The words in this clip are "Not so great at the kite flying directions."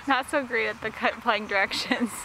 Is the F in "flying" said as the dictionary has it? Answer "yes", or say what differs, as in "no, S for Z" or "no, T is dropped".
no, P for F